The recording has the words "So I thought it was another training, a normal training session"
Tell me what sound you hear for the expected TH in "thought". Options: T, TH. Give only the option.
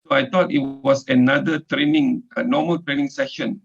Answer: T